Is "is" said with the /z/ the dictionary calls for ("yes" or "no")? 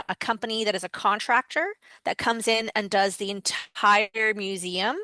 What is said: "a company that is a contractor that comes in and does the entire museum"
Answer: yes